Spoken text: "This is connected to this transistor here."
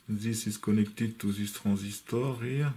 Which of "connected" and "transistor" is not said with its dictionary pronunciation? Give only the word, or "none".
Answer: transistor